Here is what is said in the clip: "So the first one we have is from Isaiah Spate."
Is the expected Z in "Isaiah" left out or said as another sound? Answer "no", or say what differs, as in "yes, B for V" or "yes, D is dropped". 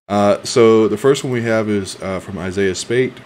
no